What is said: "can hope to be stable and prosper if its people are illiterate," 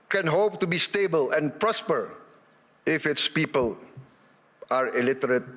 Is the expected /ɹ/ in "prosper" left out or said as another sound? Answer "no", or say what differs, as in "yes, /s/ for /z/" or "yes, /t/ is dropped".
no